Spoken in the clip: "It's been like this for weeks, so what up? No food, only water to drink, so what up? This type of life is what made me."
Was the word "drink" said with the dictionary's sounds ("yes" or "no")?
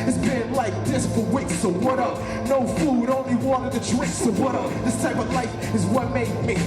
no